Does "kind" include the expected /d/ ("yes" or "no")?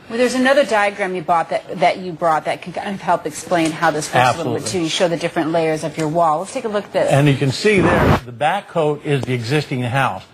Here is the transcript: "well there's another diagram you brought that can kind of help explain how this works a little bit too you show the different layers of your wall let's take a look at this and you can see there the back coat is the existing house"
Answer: no